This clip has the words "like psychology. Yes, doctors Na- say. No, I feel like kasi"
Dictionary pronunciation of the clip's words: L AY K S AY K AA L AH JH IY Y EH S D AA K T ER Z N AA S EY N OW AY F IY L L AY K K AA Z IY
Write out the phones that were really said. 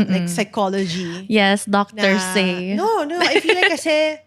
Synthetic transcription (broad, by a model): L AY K S AY K AA L AH JH IY Y EH S D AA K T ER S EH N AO N OW AY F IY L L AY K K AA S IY